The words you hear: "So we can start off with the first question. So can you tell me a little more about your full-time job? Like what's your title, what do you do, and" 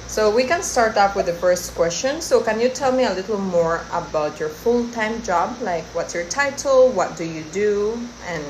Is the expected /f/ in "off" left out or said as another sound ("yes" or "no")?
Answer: yes